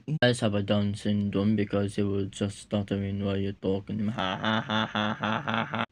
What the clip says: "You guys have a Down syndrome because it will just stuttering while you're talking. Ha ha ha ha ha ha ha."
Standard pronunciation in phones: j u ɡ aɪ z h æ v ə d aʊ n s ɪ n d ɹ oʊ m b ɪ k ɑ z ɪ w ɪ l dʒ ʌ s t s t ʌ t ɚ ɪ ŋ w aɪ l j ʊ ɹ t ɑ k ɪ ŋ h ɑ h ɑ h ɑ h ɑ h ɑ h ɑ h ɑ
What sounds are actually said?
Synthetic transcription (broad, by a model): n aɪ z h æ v ə d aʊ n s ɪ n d oʊ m b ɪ k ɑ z ɪ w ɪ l dʒ ʌ s t s t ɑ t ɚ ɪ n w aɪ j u t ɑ k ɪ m h ɑ h ɑ h ɑ h ɑ h ɑ h ɑ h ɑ